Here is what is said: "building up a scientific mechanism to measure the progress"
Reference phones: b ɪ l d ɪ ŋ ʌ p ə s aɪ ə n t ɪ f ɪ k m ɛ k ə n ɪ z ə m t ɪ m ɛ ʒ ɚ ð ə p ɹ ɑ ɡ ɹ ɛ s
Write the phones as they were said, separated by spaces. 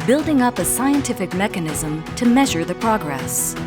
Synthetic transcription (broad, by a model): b ɪ l d ɪ ŋ ʌ p ə s aɪ ə n t ɪ f ɪ k m ɛ k ə n ɪ z ə m t ɪ m ɛ ʒ ɚ ð ə p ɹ ɑ ɡ ɹ ɛ s